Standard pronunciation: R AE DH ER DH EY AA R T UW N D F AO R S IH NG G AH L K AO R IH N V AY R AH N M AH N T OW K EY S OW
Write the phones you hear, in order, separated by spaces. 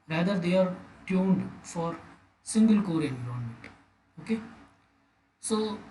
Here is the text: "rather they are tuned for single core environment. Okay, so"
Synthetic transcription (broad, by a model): R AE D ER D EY AA R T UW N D F AO R S IH NG G AH L K AO R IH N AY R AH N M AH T OW K EY S OW